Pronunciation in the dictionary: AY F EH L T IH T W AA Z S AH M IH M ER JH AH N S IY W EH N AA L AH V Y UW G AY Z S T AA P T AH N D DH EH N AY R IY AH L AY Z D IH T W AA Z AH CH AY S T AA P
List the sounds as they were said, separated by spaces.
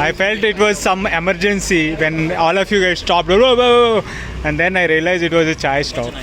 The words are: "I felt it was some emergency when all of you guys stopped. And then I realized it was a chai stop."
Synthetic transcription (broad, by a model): AY F EH L T IH T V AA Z S AH M IH M ER JH AH N S IY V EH N AA L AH F Y UW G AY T S T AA P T AH N D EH N AY R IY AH L AY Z IH T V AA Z AH CH AY S T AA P